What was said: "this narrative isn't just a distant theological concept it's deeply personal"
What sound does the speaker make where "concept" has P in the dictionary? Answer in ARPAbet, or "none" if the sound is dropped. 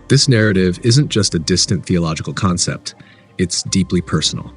P